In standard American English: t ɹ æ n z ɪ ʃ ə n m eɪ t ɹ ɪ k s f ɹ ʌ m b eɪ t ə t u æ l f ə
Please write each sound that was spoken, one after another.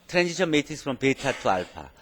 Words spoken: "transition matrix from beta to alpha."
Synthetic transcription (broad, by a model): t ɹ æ n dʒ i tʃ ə m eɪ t ɪ s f ɹ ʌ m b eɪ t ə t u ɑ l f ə